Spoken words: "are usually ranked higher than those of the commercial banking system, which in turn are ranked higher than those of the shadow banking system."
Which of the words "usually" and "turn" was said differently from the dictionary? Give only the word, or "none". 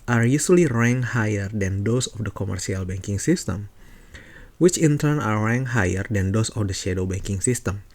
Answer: usually